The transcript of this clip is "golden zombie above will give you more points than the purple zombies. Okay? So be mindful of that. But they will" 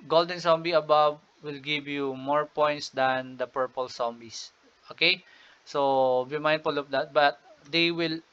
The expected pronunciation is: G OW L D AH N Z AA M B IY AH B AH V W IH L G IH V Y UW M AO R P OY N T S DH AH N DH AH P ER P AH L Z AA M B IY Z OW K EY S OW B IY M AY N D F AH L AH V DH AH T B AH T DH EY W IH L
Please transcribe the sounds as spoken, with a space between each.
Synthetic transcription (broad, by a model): G OW L D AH N S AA M B IY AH B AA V W IH L G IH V Y UW M AO R P OY N T S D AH N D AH P ER P AH L S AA M B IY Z OW K EY S OW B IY M AY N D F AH L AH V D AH T B AH T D EY W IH L